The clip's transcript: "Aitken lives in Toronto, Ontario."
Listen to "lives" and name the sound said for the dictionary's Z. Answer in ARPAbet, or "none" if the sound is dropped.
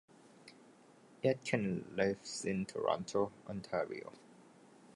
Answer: S